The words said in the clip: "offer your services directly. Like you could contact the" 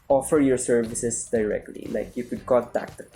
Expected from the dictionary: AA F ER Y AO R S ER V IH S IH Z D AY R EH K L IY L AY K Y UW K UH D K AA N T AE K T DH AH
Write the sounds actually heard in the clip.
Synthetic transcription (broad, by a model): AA F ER Y AO R S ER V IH S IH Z D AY R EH K L IY L AY K Y UW K UH D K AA L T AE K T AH